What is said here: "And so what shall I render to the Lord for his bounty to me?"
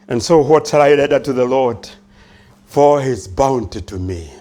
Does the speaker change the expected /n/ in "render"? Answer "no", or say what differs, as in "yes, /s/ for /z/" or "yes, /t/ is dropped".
yes, /n/ is dropped